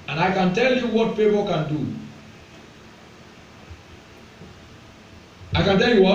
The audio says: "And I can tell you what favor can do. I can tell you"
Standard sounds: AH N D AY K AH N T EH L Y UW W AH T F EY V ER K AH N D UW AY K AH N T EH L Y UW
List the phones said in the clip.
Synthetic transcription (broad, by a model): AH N AY K AH N T EH L Y UW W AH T P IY P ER K AH N D UW AY K AH N T EH L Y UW